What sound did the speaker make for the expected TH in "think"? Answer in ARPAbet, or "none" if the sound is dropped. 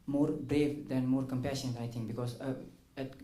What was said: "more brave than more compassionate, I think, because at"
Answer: T